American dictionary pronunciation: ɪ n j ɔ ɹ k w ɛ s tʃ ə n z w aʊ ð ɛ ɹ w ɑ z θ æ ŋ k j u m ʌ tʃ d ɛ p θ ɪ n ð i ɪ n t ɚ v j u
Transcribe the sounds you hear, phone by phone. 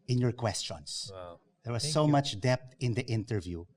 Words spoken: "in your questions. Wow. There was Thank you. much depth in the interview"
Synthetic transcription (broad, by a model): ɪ n j ɔ ɹ k w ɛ s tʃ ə n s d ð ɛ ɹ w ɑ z s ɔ m ʌ tʃ d ɛ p t ɪ n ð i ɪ n t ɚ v j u